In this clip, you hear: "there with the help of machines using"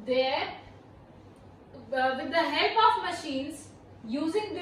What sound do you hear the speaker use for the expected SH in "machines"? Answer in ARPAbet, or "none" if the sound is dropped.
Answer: SH